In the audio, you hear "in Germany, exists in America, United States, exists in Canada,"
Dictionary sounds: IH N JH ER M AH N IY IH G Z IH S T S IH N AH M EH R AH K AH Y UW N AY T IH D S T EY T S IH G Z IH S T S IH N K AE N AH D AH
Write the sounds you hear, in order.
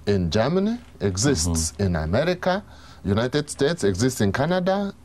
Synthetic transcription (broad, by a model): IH N JH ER M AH N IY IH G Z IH S T S IH N AH M EH R AH K AH Y UW N AY T IH D S T EY T S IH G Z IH S T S IH N K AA N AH D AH